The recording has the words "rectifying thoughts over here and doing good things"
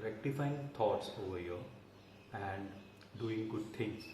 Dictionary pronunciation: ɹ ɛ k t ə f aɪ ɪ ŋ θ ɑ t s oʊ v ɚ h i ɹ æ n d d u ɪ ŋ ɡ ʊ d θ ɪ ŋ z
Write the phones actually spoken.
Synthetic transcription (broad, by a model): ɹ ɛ k t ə f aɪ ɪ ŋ t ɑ t s oʊ v ɚ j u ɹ æ n d d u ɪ ŋ ɡ ʊ d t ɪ ŋ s